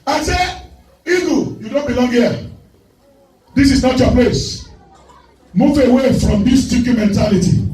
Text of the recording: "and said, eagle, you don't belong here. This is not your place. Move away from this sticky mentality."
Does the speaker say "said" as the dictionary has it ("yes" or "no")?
no